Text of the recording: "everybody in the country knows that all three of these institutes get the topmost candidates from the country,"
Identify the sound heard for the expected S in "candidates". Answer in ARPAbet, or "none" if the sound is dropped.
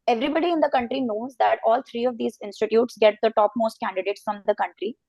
S